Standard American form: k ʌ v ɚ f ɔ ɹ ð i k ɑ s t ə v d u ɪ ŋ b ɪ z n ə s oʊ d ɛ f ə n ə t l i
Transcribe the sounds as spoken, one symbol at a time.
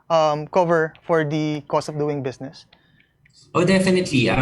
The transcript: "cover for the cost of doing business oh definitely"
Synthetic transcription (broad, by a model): k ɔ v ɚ f ɔ ɹ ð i k ɑ s t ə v d u ɪ ŋ b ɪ s n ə s oʊ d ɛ f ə n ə t l i